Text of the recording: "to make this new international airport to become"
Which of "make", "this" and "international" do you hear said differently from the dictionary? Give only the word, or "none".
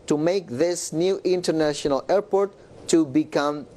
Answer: none